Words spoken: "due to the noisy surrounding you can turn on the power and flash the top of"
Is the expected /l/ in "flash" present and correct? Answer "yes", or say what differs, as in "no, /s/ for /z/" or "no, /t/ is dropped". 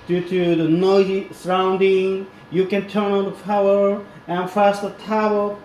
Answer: no, /l/ is dropped